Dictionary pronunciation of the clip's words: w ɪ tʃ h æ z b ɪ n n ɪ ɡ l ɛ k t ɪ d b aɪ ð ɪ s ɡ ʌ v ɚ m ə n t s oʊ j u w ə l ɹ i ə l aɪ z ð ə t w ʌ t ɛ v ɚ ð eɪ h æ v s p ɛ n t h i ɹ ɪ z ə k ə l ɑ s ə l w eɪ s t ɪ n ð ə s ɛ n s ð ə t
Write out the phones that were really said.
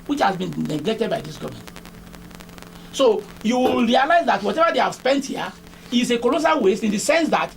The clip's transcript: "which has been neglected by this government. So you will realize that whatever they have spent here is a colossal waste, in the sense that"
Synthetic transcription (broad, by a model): w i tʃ h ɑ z b ɪ n n ɪ ɡ l ɛ k t ɪ d b aɪ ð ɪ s ɡ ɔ v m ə n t s oʊ j u w ə l ɹ i ə l aɪ z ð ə t w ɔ t ɛ v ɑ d eɪ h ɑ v s p ɛ n t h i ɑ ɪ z ə k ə l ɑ s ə l w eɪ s ɪ n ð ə s ɛ n s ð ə t